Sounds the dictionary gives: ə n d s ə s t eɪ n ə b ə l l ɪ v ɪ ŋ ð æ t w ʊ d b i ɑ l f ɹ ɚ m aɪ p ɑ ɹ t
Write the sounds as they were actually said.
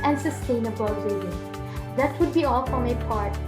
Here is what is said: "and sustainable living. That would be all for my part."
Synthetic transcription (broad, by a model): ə n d s ə s t eɪ n ə b ə l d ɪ ɪ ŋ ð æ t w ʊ d b i ɑ l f ɹ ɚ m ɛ p ɑ ɹ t